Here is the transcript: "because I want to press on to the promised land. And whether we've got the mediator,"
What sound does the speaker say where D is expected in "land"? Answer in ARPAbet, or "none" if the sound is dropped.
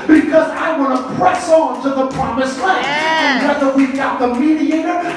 none